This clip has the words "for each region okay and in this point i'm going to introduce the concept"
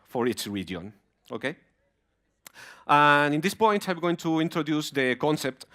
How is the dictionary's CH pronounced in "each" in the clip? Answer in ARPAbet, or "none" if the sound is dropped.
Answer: S